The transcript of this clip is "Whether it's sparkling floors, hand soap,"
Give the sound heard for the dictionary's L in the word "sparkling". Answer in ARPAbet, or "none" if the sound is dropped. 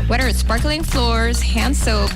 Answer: L